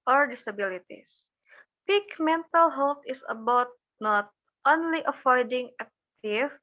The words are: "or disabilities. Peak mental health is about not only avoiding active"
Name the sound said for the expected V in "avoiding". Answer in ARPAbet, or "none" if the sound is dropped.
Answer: F